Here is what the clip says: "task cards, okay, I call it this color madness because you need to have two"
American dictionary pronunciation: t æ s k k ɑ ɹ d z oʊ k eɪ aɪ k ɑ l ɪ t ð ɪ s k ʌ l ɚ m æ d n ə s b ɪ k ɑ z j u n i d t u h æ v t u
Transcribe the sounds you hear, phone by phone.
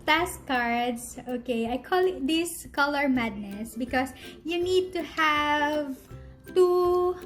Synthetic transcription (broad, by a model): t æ s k k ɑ ɹ d s oʊ k eɪ aɪ k ɑ l ɪ t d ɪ s k ʌ l ɚ m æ d n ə s b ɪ k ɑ s j u n i d t u h æ v t u